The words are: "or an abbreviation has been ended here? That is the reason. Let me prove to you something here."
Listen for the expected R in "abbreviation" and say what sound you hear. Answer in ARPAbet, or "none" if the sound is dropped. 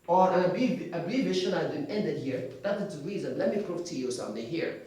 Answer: none